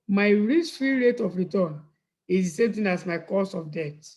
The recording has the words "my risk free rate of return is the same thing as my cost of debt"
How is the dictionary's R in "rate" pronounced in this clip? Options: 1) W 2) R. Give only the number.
2